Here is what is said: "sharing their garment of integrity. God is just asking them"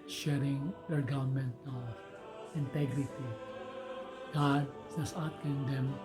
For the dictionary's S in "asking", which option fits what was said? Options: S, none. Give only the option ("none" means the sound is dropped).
none